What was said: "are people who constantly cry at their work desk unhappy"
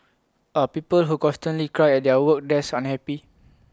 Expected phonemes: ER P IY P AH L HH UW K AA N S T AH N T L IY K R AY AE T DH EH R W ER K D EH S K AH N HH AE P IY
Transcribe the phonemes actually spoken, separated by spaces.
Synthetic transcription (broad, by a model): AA P IY P AH L HH UW K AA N S T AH N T L IY K R AY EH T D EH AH W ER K D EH S AH N HH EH P IY